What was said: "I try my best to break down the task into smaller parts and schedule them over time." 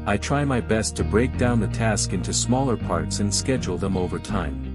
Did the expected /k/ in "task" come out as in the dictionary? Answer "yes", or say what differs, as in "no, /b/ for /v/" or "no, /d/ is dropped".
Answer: yes